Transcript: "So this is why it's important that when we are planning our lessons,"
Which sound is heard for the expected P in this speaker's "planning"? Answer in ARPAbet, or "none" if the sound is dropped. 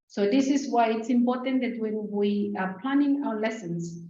P